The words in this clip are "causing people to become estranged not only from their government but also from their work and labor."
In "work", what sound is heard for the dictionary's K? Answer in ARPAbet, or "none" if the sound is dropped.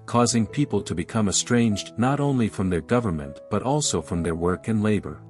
K